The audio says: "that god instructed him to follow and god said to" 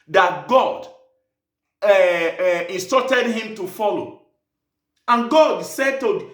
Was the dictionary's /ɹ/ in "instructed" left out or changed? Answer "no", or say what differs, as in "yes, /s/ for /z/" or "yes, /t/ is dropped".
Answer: yes, /ɹ/ is dropped